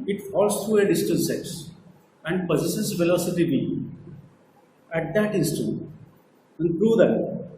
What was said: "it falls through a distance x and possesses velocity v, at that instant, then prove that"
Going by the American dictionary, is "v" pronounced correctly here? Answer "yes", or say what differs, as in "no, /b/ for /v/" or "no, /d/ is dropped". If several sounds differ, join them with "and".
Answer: no, /b/ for /v/